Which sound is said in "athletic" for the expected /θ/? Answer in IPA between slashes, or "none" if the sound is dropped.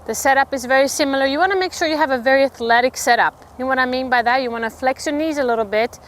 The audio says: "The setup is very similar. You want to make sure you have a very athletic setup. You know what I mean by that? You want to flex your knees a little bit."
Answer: /θ/